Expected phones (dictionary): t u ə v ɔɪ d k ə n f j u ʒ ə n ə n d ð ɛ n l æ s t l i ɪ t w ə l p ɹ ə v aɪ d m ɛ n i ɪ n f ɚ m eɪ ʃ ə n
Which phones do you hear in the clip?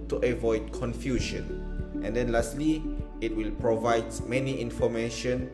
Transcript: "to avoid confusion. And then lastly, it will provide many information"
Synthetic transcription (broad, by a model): t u ə v ɔɪ d k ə n f j u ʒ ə n ə n d ɛ n l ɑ s t l i ɪ t w ə l p ɹ ə v aɪ d m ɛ n i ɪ n f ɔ m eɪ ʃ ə n